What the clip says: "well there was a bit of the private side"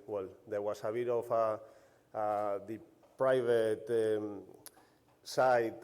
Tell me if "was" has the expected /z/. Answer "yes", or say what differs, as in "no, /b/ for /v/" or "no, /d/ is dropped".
no, /s/ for /z/